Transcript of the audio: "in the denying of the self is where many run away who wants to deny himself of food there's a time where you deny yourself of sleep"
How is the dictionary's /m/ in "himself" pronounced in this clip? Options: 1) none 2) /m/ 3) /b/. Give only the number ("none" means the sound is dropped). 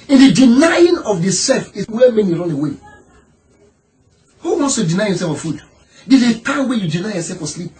1